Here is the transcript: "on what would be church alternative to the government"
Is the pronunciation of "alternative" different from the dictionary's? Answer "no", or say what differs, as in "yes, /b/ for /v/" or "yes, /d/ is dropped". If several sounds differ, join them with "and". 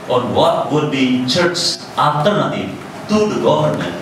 yes, /l/ is dropped